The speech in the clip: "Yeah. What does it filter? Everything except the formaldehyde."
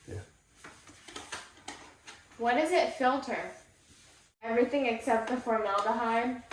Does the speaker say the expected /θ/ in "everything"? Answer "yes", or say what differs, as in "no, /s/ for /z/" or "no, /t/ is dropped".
yes